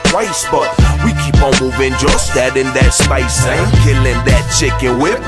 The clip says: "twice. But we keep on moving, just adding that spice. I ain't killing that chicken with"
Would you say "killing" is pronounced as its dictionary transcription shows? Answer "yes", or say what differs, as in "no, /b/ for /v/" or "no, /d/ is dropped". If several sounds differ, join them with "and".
yes